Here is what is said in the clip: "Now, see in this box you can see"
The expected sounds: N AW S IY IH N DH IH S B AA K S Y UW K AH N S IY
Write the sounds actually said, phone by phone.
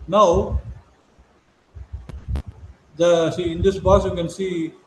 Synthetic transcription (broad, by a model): N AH S IY IH N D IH S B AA S Y UW K AH N S IY